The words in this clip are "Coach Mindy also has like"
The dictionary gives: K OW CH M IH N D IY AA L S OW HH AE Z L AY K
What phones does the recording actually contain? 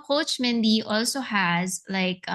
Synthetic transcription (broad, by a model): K OW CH M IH N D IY AA L S OW HH AE Z L AY K